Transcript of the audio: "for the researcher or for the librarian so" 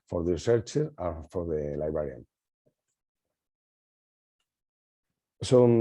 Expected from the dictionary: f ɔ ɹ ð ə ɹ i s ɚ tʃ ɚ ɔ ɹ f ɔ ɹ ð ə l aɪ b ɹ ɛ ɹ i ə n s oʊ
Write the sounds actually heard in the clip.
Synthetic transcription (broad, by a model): f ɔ ɹ ð ə ɹ i s ɚ tʃ ɚ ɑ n f ɔ ɹ ð ə l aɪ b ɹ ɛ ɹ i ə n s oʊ